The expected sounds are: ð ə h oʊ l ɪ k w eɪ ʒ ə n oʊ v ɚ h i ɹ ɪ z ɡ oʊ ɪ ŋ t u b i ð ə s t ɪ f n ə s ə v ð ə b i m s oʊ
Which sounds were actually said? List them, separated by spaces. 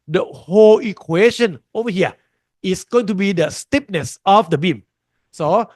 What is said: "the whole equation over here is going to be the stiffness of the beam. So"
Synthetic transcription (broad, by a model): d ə h oʊ l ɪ k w eɪ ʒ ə n oʊ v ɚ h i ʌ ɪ s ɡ oʊ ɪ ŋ t u b i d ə s t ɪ p n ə s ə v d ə b i m s oʊ